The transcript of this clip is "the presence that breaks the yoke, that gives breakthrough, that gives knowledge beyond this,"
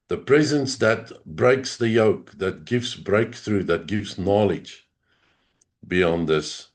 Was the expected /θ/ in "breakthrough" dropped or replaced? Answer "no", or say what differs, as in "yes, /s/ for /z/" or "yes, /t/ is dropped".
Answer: no